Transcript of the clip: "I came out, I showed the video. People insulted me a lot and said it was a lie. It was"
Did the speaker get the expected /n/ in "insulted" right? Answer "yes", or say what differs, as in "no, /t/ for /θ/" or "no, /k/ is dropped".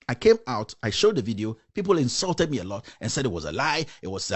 yes